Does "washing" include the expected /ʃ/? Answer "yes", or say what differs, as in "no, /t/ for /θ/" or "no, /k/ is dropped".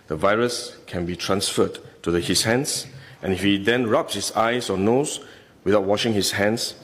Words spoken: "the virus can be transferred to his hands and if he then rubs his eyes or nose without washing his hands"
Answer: yes